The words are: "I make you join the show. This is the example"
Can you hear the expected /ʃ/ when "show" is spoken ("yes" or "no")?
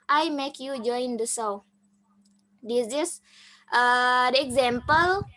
no